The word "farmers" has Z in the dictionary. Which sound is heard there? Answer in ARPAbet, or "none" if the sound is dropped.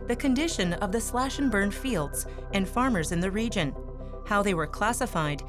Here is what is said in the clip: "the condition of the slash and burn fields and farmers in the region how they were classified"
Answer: Z